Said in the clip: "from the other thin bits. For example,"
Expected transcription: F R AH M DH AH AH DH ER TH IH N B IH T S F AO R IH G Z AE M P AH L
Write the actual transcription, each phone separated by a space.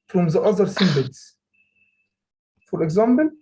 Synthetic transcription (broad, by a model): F R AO M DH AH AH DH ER S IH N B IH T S F AO R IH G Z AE M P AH L